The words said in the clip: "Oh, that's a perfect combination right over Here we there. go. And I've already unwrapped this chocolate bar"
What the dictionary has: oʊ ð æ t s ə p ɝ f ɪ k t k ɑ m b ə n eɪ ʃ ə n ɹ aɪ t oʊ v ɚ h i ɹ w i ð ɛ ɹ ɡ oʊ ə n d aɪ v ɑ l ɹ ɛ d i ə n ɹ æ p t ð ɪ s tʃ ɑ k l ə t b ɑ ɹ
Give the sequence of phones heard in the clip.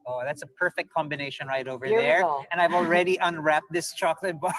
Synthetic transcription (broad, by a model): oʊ ð æ t s ə p ɝ f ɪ k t k ɑ m b ə n eɪ ʃ ə n ɹ aɪ t oʊ v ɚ ɹ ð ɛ ɹ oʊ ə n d aɪ v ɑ l ɹ ɛ d i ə n ɹ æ p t ð ɪ s tʃ ɑ k l ə t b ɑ